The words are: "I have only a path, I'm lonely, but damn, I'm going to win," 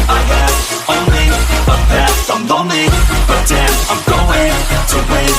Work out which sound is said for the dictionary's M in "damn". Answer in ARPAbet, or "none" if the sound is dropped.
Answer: none